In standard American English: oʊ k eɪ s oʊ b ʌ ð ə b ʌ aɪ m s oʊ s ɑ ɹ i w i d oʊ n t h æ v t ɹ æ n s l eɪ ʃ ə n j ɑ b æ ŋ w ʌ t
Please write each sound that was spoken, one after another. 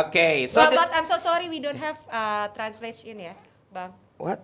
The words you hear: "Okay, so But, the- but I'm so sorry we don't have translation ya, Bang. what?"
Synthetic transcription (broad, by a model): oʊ k eɪ s oʊ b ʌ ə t aɪ m s oʊ s ɑ ɹ i w i d oʊ n t h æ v t ɹ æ n s l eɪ s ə n j ɑ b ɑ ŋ w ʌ t